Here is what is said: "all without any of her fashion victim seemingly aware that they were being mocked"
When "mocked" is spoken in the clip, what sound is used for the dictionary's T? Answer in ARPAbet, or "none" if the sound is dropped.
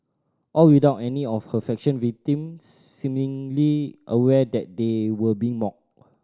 none